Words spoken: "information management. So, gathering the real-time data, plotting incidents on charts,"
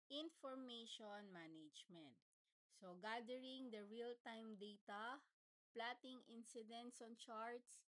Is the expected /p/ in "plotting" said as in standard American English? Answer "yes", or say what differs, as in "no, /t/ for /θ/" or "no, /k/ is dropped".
yes